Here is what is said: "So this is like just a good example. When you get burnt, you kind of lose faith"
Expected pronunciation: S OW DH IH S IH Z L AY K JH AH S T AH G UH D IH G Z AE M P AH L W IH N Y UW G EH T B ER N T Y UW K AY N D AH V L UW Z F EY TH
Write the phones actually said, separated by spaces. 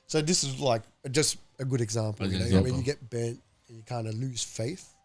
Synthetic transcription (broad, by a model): S OW DH IH S IH Z L AY K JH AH S T AH G UH D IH G Z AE M P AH N W IH N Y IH G EH T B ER N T Y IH K AY N D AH L UW Z F EY TH